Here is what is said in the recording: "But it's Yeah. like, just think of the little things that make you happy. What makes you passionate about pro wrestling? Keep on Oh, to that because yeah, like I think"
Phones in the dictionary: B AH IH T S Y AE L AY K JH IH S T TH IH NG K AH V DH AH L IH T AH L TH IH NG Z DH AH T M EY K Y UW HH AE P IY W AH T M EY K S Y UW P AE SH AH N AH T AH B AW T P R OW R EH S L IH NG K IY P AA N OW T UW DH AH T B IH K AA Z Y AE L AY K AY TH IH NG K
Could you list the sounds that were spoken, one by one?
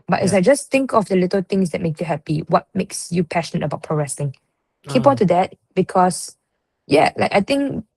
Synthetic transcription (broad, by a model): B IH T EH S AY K JH IH S T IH NG K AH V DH AH L IH T AH L T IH NG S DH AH T M EY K Y UW HH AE P IY W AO T M EY K S Y UW P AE SH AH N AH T AH B AW T P R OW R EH S IH NG K IY P AA N T UW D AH T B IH K AA S Y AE L AY K AY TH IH NG K